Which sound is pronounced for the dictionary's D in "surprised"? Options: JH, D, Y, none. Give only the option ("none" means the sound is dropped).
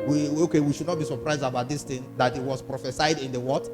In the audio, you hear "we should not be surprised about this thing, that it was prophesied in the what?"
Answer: D